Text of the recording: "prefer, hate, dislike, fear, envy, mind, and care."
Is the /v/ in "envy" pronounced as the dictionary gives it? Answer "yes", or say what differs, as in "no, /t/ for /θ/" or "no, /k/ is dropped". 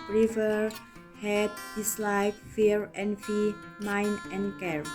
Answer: no, /f/ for /v/